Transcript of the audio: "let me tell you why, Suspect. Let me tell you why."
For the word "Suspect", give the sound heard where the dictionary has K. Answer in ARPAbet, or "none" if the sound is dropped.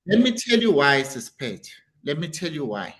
none